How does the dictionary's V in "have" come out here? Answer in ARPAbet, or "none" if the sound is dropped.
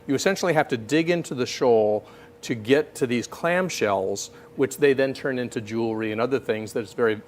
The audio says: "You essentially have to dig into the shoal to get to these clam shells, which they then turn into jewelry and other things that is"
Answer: F